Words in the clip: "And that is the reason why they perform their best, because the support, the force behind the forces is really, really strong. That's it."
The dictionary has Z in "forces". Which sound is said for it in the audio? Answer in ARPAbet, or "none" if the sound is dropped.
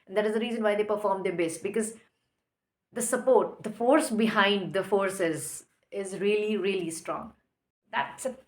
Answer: Z